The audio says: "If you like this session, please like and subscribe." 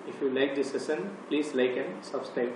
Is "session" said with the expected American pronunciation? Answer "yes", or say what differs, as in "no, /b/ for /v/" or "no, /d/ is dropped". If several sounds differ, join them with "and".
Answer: no, /s/ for /ʃ/